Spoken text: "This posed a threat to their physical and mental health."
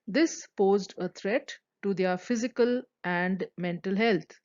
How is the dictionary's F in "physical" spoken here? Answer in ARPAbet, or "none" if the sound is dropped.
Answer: F